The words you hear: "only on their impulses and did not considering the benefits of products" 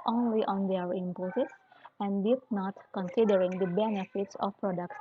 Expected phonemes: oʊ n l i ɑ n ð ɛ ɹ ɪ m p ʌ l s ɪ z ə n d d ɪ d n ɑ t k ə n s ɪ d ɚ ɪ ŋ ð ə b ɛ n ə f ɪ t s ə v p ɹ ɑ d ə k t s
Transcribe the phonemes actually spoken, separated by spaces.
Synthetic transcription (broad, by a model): oʊ n l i ɑ n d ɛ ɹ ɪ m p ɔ s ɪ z ə n d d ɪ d n ɑ t k ə n s ɪ d ɚ ɪ ŋ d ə b ɛ n ə f ɪ t s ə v p ɹ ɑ d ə k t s